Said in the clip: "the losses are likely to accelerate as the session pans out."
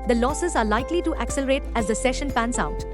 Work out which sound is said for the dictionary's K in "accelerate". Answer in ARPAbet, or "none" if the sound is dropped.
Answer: K